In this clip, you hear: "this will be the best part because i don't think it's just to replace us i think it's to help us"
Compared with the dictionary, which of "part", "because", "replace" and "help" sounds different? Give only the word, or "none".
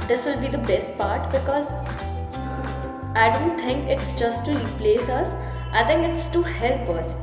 none